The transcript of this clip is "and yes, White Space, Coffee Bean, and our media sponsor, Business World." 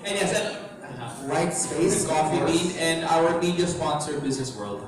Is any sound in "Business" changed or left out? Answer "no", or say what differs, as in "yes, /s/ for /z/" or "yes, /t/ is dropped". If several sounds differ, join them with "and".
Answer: no